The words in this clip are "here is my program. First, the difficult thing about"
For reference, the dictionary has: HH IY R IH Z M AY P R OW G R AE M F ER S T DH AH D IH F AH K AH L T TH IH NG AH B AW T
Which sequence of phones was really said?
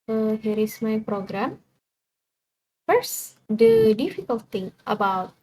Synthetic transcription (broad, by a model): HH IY R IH S M AY P R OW G R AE M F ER S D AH D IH F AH K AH L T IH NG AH B AW T